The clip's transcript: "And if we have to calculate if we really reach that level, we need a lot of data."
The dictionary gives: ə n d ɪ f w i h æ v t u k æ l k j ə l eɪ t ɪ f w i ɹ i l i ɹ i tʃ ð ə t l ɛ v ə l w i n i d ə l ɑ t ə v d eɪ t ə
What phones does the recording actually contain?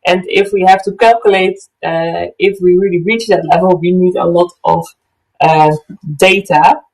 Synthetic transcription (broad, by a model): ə n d ɪ f w i h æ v t u k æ l k j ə l eɪ t ɪ f w i ɹ i l i ɹ i tʃ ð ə t l ɛ v ə l w i n i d ə l ɑ t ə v d eɪ t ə